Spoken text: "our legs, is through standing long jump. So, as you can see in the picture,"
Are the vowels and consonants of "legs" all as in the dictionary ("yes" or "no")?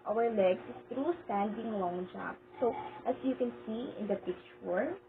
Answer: no